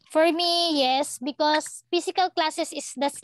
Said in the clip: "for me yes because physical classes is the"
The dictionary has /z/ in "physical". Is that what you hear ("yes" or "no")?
no